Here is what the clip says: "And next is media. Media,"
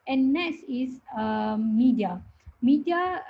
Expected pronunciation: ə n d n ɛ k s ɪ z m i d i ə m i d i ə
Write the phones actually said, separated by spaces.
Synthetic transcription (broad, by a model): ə n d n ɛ s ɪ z m i d i ə m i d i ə